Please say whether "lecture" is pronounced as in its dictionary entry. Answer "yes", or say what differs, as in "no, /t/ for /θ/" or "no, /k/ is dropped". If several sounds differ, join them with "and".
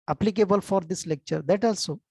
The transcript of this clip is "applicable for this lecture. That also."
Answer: yes